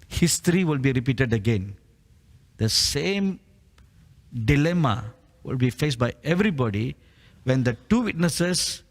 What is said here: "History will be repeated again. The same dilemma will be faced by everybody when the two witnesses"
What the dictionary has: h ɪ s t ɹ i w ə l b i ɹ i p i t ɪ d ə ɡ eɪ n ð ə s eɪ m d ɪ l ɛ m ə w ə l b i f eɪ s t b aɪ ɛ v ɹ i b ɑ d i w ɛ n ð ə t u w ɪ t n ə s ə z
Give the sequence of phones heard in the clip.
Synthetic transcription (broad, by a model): h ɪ s t ɹ i w ə l b i ɹ i p i t ɪ d ə ɡ eɪ n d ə s eɪ m d ɪ l ɛ m ə w ə l b i f eɪ s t b aɪ ɛ v ɹ i b ɑ d i w ɛ n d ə t u w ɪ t n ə s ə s